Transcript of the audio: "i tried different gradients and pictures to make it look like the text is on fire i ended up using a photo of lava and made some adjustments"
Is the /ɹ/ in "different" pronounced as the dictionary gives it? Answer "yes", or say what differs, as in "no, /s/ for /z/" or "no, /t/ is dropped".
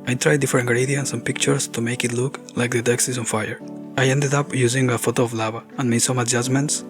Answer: no, /ɹ/ is dropped